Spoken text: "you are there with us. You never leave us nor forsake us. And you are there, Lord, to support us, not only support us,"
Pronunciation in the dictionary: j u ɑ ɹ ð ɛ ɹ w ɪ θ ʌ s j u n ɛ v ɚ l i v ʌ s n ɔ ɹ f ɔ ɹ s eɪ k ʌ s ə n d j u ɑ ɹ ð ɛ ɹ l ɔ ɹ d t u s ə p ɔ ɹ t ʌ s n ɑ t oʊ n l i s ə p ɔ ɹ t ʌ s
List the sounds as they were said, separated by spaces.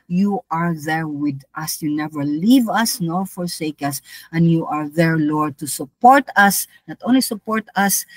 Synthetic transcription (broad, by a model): j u ɑ ɹ ð ɛ ɹ w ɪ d ʌ s j u n ɛ v ɚ l i v ʌ s n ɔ f ɔ ɹ s eɪ k ʌ s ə n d j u ɑ ɹ ð ɛ ɹ l ɔ ɹ d t u s ə p ɔ ɹ t ʌ s n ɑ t oʊ n l i s ə p ɔ ɹ t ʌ s